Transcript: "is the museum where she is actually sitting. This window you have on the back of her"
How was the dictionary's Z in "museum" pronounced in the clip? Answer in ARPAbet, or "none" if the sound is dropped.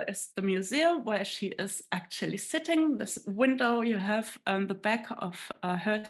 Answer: Z